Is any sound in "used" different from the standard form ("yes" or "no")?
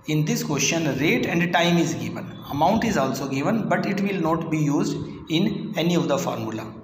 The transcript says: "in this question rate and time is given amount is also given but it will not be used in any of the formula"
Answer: no